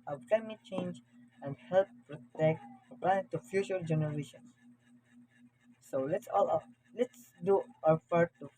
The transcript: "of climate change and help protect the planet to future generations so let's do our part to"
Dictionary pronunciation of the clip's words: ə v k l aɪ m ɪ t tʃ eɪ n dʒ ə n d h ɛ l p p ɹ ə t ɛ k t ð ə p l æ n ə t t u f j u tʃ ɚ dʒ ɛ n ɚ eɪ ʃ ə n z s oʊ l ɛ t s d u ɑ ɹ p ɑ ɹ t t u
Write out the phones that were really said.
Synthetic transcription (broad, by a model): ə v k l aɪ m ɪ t tʃ eɪ n dʒ ə n d h ɛ l p p ɹ ə t ɛ k t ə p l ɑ ə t t u f j u tʃ ɚ dʒ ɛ n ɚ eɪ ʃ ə n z s oʊ l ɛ t s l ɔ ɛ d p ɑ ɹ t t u